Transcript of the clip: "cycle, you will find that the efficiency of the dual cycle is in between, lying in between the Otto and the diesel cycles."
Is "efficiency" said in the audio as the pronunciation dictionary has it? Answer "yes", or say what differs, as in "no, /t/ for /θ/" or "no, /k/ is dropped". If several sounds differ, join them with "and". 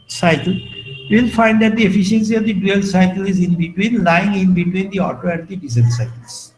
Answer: yes